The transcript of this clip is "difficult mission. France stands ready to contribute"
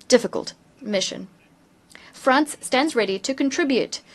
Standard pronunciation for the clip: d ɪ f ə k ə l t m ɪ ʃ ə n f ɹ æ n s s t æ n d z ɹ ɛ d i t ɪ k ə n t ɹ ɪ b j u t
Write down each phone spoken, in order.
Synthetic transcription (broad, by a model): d ɪ f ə k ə l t m ɪ ʃ ə n f ɹ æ n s s t æ n d z ɹ ɛ d i t ɪ k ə n t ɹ ɪ b j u t